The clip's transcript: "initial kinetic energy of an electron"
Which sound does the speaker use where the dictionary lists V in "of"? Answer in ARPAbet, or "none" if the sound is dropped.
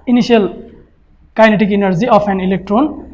P